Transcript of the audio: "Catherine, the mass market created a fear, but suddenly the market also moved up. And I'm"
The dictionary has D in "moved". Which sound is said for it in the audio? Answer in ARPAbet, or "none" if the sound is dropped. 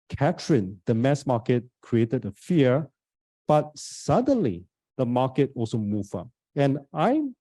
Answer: none